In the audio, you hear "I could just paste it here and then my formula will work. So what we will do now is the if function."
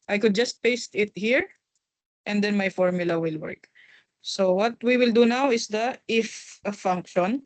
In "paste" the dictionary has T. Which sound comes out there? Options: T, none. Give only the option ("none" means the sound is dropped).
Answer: T